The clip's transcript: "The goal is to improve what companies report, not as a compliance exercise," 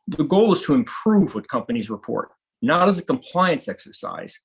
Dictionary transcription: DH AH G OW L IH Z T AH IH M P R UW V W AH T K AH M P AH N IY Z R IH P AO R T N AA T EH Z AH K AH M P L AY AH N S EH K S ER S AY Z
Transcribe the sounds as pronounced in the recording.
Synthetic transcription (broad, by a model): DH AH G OW L IH Z T AH IH M P R UW V W AH T K AH M P AH N IY Z R IH P AO R T N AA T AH Z AH K AH M P L AY AH N S EH K S ER S AY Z